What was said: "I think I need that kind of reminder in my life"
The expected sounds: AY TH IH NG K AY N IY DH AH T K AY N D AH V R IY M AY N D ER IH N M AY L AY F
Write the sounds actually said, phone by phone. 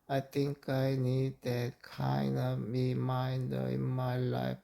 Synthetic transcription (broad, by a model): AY T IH NG K AY N IY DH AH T K AY N D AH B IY M AY N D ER IH N M AY L AY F